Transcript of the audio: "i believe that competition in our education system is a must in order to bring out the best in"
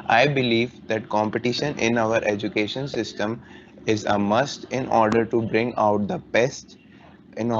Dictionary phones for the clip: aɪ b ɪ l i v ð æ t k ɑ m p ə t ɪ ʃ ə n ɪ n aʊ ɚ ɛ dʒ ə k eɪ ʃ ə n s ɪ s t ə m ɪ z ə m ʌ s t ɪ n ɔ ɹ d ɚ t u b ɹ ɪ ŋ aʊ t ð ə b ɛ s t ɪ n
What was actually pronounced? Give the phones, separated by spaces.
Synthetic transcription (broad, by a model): aɪ b ɪ l i v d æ t k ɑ m p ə t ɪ ʃ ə n ɪ n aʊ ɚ ɛ dʒ ə k eɪ ʃ ə n s ɪ s t ə m ɪ z ə m ʌ s t ɪ n ɔ ɹ d ɚ t u b ɹ ɪ ŋ aʊ t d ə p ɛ s t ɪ n